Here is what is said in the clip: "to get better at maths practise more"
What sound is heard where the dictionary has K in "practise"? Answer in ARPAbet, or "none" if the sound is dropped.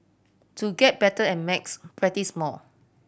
none